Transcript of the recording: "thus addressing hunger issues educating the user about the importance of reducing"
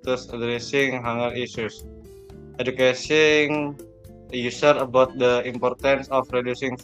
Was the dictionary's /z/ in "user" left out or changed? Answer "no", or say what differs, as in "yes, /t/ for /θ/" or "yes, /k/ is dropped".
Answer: yes, /s/ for /z/